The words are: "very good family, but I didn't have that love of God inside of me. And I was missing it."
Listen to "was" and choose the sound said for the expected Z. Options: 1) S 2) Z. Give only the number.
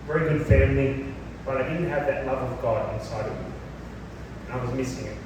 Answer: 2